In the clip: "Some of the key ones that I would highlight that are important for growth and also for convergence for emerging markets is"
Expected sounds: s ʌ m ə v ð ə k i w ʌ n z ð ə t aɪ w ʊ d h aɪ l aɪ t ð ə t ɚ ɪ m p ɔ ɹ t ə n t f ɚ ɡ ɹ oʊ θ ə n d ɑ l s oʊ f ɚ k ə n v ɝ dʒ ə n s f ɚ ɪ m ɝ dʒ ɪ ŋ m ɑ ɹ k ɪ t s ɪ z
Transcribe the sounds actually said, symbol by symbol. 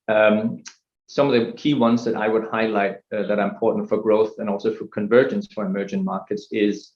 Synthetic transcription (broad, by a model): s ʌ m ə v ð ə k i w ʌ n z ð ə t aɪ w ʊ d h aɪ l aɪ t ð ə t ɚ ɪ m p ɔ ɹ t n t f ɚ ɡ ɹ oʊ θ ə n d ɑ l s oʊ f ɚ k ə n v ɝ dʒ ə n s f ɚ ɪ m ɝ dʒ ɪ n m ɑ ɹ k ɪ t s ɪ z